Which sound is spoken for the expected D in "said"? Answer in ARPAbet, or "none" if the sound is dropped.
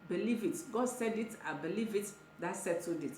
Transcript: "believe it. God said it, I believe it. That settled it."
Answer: D